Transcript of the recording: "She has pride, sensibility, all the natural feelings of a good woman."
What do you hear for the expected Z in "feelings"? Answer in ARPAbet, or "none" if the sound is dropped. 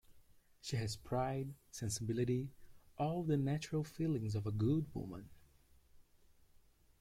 Z